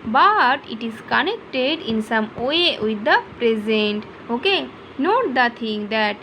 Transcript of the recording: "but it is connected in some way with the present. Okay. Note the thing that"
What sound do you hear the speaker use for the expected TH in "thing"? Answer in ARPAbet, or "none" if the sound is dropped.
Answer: T